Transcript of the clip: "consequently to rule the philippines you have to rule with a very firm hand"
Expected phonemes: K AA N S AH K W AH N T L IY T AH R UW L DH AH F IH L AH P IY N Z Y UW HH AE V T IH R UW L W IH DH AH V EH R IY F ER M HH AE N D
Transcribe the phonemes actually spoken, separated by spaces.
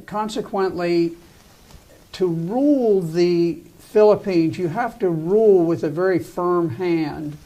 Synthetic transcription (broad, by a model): K AA N S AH K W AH N T L IY T AH R UW L DH AH F IH L AH P IY N Z Y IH HH AE F T IH R UW L W IH DH AH V EH R IY F ER M HH AE N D